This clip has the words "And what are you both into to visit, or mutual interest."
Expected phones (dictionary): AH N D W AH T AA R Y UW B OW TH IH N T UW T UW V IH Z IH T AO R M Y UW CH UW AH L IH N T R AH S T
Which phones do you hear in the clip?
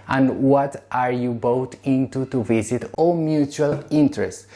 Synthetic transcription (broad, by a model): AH N D W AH T AA R Y UW B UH T IH N T UW T UW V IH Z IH T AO L M Y UW CH UW AH L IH N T R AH S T